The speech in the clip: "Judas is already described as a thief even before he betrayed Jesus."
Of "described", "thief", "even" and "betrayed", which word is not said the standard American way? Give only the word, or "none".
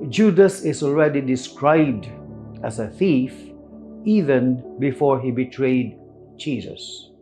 none